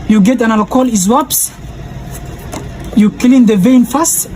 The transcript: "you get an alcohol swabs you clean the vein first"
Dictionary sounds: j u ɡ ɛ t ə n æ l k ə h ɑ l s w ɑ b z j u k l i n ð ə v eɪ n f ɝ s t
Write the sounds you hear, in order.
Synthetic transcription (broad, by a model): j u ɡ ɛ t ə n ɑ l ə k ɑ l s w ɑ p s j u k l i n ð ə v eɪ n f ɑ s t